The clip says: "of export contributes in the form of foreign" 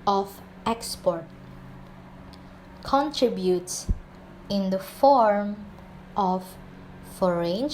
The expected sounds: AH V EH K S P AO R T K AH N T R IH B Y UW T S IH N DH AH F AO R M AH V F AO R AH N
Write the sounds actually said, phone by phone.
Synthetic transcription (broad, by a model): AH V EH K S P AO R T K AH N T R IH B Y UW T S IH N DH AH F AO R M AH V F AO R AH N